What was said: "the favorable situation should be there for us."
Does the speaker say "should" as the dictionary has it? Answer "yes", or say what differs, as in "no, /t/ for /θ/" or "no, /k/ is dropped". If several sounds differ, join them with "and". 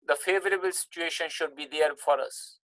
yes